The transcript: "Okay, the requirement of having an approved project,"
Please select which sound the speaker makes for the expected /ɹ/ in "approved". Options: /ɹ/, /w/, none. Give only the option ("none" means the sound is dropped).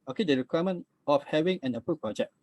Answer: none